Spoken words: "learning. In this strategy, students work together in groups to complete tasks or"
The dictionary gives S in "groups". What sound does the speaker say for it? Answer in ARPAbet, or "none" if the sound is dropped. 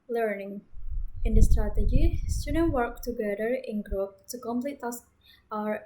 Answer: none